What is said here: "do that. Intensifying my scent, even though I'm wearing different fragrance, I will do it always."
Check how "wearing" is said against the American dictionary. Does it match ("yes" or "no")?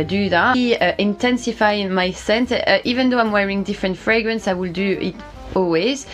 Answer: yes